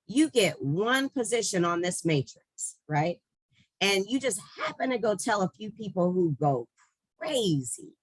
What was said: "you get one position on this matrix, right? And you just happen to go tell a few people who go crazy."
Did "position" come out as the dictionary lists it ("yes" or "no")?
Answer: yes